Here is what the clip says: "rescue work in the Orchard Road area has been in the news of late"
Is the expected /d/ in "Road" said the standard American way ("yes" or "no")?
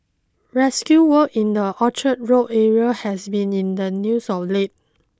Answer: no